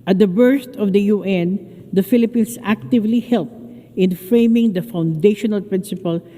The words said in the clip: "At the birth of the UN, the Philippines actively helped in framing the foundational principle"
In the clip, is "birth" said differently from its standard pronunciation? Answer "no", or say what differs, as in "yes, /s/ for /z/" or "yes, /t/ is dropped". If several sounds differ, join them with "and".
yes, /s/ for /θ/